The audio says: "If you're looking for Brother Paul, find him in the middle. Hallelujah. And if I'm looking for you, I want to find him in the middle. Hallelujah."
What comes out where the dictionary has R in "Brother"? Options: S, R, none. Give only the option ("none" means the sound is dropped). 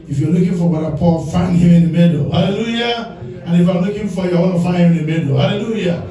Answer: none